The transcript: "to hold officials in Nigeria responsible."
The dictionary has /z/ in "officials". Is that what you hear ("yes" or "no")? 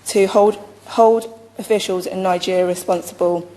yes